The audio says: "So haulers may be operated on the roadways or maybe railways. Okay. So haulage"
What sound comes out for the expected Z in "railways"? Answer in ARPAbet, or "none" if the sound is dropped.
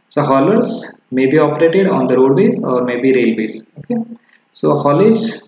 S